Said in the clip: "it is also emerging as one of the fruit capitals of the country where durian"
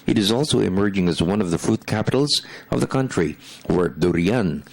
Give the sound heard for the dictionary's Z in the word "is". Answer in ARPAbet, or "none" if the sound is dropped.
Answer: Z